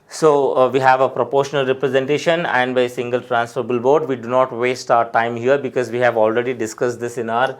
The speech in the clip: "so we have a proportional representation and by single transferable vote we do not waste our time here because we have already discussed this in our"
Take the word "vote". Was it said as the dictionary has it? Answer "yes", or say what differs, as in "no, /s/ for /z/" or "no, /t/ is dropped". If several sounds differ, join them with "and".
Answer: no, /b/ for /v/